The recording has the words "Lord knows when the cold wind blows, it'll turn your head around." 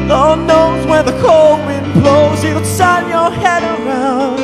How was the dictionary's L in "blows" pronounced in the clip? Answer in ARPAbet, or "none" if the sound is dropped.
L